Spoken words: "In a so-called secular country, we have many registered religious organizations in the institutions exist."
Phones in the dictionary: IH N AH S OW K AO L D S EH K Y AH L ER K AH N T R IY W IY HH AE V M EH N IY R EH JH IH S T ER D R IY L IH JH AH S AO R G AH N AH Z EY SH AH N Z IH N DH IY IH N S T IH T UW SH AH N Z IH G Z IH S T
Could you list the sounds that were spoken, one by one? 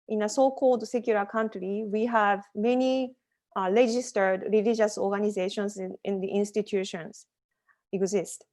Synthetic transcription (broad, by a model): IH N AH S OW K AO L D S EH K Y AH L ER K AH N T R IY W IY HH AE V M EH N IY R EH JH IH S T ER D R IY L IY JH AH S AO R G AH N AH Z EY SH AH N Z IH N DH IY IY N S T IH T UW SH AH N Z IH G Z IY S T